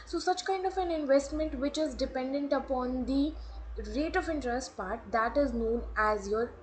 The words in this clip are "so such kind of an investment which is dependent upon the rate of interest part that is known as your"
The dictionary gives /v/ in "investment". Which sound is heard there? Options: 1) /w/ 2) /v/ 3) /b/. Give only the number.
2